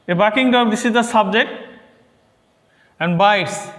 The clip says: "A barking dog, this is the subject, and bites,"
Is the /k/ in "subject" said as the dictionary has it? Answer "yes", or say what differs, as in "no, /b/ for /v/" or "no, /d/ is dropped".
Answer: yes